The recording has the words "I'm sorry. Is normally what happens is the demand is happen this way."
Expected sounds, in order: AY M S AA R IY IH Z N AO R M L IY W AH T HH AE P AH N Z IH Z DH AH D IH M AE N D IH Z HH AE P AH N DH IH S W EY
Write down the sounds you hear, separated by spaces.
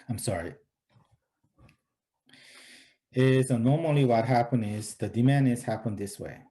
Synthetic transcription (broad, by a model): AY M S AA R IY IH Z N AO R M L IY W AH T HH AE P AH N IH Z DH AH D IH M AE N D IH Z HH AE P AH N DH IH S W EY